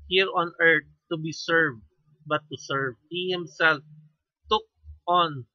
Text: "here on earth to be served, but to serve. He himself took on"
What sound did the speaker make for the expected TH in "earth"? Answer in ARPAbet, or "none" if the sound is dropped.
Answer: T